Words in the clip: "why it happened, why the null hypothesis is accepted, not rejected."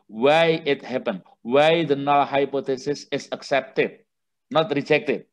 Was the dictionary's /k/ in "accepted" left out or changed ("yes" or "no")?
no